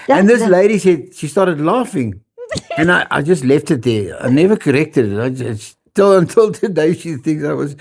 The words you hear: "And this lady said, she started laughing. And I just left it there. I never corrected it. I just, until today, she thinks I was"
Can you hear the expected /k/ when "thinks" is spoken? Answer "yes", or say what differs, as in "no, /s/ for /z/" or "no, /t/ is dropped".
no, /k/ is dropped